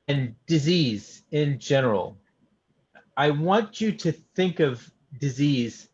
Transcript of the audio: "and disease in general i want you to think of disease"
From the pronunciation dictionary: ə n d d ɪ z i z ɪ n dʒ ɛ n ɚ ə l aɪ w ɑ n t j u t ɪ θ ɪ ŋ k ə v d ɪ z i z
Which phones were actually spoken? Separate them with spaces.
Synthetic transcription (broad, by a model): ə n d d ɪ z i z ɪ n dʒ ɛ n ɚ l aɪ w ɑ n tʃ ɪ t ɪ θ ɪ ŋ k ə v d ɪ z i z